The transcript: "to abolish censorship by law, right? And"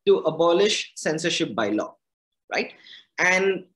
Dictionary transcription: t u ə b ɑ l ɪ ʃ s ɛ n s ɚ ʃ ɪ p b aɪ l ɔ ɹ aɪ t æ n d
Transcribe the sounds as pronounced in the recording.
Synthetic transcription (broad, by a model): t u ə b ɑ l ɪ ʃ s ɛ n s ɚ ʃ ɪ p b aɪ l ɔ ɹ aɪ t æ n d